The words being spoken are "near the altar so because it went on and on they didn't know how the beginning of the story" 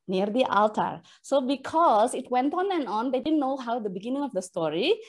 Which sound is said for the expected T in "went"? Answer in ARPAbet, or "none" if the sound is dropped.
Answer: T